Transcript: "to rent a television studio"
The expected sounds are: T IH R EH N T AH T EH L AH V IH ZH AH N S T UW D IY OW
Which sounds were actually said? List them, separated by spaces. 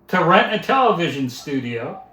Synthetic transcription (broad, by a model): T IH R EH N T AH T EH L AH V IH ZH AH N S T UW D IY OW